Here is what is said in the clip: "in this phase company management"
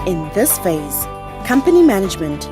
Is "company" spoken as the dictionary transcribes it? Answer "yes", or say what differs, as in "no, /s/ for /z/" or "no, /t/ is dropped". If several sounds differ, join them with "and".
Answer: yes